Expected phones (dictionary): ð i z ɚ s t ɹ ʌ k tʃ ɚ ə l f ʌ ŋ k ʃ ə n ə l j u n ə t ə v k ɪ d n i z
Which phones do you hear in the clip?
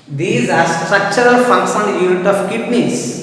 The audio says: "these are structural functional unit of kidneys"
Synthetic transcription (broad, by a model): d i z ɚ s t ɹ ʌ k tʃ ɚ ə l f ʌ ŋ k s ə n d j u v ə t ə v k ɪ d n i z